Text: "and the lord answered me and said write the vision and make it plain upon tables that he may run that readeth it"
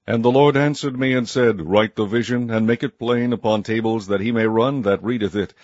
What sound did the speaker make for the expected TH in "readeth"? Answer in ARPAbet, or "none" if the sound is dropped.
TH